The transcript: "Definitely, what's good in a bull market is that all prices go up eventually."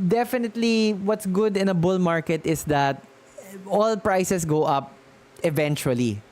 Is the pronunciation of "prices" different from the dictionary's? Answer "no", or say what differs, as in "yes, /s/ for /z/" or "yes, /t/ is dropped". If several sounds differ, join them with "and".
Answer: yes, /s/ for /z/